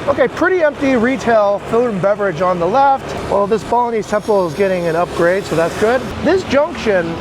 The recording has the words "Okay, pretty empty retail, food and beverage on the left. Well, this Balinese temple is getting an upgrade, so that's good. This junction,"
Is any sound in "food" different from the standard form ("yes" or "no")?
yes